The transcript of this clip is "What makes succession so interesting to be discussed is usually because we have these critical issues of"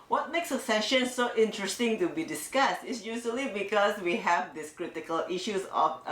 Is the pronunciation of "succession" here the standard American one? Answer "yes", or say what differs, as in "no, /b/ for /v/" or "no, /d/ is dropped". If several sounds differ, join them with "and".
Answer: no, /k/ is dropped